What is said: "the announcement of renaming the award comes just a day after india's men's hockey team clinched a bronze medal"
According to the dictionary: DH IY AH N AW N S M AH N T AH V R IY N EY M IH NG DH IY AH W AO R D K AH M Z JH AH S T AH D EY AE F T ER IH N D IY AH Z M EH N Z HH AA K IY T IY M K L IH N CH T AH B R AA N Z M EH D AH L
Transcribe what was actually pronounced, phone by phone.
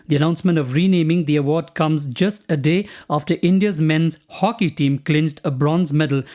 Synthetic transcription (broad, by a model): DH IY AH N AW N S M AH N T AH V R IY N EY M IH NG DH IY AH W AO R D K AH M Z JH AH S T AH D EY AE F T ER IH N D IY AH Z M EH N Z HH AA K IY T IY M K L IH N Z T AH B R AA N Z M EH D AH L